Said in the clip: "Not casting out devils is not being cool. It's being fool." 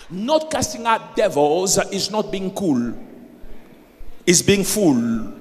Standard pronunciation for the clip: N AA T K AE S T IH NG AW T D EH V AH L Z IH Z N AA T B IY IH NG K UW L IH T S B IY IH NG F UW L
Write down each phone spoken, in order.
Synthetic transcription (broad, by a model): N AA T K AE S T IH NG AW T D EH V AH L Z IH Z N AA T B IY IH NG K UW L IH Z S B IY IH NG F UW L